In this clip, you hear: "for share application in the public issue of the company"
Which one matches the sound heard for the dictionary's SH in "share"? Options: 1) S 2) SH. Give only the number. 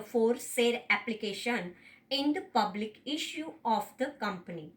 1